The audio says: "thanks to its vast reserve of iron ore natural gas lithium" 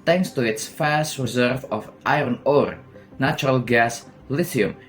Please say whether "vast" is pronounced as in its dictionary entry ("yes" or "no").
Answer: no